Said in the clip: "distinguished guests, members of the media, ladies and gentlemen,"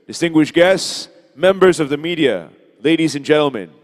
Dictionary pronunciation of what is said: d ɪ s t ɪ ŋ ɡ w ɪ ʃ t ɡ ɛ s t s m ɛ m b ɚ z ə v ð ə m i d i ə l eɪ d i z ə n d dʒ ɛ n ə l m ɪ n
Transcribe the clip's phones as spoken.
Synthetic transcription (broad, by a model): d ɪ s t ɪ ŋ ɡ w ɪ ʃ ɡ ɛ s t s m ɛ m b ɚ z ə v ð ə m i d i ə l eɪ d i z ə n dʒ ɛ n l m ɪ n